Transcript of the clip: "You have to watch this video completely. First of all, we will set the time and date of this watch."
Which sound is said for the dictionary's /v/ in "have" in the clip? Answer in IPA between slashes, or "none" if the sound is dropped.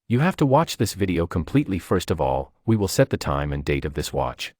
/f/